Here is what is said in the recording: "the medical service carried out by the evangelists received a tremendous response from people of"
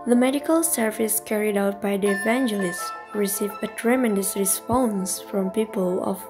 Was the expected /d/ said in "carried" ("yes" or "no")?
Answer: yes